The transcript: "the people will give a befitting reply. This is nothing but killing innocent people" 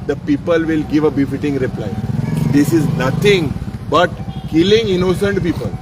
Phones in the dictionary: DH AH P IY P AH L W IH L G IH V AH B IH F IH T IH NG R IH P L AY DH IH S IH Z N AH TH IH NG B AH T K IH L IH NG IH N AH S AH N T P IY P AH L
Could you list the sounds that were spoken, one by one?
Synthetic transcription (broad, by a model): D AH P IY P AH L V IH L G IH V AH B IH F IH T IH NG R IH P L AY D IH S IH Z N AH T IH NG B AH T K IH L IH NG IH N AH S AH N T P IY P AH L